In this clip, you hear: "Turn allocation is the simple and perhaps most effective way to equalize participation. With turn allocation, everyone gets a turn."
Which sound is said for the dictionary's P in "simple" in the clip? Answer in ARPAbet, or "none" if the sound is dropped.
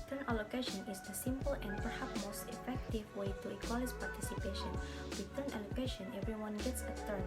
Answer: P